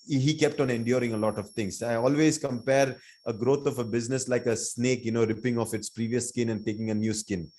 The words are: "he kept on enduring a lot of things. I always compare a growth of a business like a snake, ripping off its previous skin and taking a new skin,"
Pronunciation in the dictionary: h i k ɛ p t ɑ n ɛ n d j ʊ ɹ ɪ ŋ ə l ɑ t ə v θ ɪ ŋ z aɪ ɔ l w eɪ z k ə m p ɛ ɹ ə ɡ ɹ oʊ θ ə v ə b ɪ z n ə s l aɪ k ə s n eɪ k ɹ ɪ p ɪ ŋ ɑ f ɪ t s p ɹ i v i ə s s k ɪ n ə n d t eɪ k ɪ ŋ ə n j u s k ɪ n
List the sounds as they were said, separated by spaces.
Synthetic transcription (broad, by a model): h i k ɛ p t ɑ n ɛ n d j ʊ ɹ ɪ ŋ ə l ɑ t ə v t ɪ ŋ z aɪ ɔ l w eɪ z k ə m p ɛ ɹ ə ɡ ɹ oʊ t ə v ə b ɪ z n ə s l aɪ k ə s n eɪ k ɹ ɪ p ɪ ŋ ɑ f ɪ t s p ɹ i v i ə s s k ɪ n ə n d t eɪ k ɪ ŋ ə n j u s k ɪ n